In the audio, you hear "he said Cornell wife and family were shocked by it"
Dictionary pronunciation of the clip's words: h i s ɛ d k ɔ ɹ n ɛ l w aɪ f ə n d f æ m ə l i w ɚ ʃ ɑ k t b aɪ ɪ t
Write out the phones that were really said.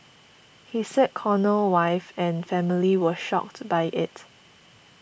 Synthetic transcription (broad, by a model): h i s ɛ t k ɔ n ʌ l w aɪ f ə n f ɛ m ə l i w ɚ ʃ ɑ k t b aɪ ɪ t